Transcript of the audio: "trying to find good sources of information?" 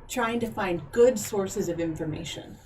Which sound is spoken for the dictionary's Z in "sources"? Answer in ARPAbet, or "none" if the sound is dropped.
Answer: Z